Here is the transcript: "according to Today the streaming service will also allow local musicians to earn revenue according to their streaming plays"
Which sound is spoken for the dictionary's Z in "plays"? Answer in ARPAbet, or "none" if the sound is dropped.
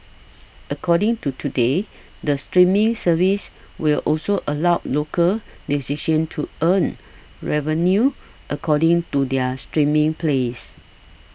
S